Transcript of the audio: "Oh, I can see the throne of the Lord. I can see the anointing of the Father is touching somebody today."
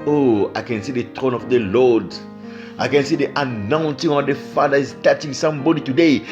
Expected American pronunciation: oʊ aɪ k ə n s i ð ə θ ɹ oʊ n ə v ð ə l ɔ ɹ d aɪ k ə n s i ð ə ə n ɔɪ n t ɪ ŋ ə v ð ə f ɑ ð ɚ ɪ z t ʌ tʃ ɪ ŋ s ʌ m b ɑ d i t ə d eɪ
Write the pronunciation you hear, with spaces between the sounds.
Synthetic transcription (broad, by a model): oʊ aɪ k ə n s i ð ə t ɹ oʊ n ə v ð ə l ɔ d aɪ k ə n s i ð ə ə n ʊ n s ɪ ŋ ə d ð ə f ɑ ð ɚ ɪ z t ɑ tʃ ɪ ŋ s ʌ m b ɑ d i t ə d eɪ